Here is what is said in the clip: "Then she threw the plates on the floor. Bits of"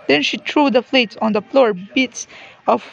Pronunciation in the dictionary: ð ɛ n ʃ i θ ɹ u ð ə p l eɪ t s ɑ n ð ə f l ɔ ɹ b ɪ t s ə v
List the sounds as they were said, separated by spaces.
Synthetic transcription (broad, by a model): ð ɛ n ʃ i t ɹ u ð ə f l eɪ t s ɑ n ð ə f l ɔ ɹ b ɪ t s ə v